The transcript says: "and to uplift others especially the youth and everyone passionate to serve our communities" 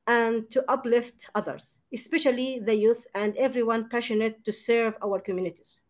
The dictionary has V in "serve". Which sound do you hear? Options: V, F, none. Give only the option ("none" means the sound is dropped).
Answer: V